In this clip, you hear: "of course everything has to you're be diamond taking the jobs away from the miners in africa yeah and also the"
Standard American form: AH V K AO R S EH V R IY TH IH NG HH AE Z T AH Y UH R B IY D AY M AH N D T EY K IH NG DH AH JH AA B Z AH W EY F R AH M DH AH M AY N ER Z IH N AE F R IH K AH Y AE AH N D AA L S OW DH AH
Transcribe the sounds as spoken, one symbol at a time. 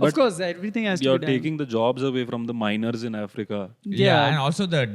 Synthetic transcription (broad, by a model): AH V K AO R S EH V R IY T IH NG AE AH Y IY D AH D T EY K IH NG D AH JH AA B Z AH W EY F R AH M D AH M AY N ER Z IH N AE F R IH K AH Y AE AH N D AA L S OW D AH